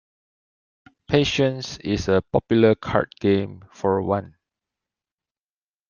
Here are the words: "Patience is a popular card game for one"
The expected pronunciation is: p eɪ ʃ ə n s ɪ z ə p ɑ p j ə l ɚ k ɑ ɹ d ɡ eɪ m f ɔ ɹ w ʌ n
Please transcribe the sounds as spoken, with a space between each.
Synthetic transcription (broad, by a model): p eɪ ʃ ə n s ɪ s ə p ɑ p j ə l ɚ k ɑ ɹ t ɡ eɪ m f ɔ ɹ w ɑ n